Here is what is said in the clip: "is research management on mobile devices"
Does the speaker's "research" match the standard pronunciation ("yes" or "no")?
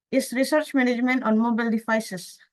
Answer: yes